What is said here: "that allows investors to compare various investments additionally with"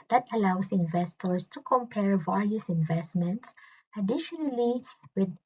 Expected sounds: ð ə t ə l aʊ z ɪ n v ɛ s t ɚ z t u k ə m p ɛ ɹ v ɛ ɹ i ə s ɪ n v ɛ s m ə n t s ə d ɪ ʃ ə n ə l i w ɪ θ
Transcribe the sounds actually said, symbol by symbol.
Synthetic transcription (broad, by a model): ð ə t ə l aʊ s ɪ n v ɛ s t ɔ s t u k ə m p ɛ ɹ v ɛ ɹ i ə s ɪ n v ɛ s m ə n t s ə d ɪ ʃ ə n ə l i w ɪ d